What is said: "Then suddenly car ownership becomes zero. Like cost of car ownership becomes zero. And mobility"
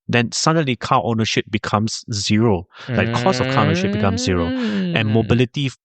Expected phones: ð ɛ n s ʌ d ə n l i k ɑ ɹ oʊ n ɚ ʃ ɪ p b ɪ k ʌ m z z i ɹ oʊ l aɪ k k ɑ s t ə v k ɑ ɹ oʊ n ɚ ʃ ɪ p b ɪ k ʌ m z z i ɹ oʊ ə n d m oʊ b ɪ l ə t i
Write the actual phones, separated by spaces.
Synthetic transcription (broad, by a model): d ɛ n s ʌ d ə n l i k ɑ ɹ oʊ n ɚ ʃ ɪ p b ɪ k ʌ m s z i ɹ oʊ l aɪ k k ɑ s ə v k ɑ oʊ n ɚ ʃ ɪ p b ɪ k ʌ m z z i ɹ oʊ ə n m oʊ b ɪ l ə t i